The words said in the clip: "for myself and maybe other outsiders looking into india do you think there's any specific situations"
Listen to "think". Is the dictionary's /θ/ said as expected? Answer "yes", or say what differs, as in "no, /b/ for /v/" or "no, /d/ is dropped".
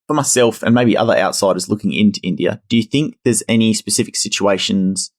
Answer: yes